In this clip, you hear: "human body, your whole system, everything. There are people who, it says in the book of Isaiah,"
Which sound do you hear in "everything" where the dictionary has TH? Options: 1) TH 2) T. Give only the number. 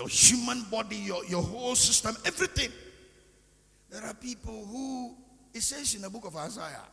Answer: 2